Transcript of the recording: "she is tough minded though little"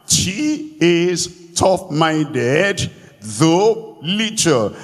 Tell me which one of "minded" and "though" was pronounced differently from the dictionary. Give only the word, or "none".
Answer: none